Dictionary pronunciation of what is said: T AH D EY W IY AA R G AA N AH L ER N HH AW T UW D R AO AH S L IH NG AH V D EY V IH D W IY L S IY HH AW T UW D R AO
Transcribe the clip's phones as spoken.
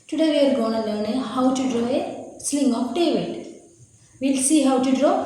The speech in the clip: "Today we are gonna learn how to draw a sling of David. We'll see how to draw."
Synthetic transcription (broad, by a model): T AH D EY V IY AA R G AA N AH N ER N HH AW T UW D R AO AH S L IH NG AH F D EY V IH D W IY L S IY HH AW T UW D R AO